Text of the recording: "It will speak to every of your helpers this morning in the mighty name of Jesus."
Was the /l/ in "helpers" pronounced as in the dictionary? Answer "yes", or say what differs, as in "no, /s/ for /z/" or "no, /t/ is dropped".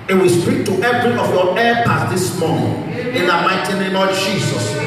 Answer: no, /l/ is dropped